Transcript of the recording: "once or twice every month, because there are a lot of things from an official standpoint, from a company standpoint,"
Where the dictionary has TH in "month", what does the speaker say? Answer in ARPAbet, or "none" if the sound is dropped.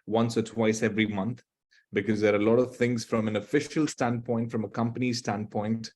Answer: T